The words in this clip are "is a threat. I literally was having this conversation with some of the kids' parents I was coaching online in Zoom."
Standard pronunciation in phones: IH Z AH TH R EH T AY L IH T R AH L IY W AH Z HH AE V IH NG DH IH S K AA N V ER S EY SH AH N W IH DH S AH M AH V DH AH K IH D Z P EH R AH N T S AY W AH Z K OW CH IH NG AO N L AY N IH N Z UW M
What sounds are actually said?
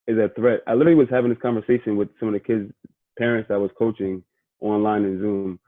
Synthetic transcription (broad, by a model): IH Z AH TH R EH T AY L IH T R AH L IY W AH Z HH AE V IH NG DH IH S K AA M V ER S EY SH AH N W IH DH S AH M AH V DH AH K IH D Z P EH R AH N T S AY W AH Z K OW CH IH NG AO N L AY N IH N Z UW M